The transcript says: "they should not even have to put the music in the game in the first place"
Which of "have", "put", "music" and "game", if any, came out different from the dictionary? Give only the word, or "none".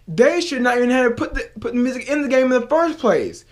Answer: have